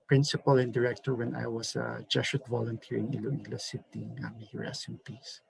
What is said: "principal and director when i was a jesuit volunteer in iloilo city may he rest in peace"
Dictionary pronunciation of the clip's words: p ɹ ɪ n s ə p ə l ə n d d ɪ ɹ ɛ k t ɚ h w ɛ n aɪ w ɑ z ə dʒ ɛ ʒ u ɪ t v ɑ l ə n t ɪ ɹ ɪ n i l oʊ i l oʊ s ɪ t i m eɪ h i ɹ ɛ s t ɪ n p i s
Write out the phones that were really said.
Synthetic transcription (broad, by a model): p ɹ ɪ n s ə p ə l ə n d d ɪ ɹ ɛ k t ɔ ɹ w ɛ n aɪ w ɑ s ə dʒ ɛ ʃ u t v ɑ l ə n t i ɹ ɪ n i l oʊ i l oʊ s ɪ t i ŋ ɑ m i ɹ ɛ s ɪ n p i s